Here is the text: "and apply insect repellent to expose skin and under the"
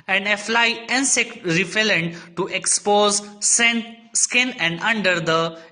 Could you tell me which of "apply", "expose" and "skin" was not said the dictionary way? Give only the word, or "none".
apply